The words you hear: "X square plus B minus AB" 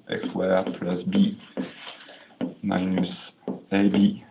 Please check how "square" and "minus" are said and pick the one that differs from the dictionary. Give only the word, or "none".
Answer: square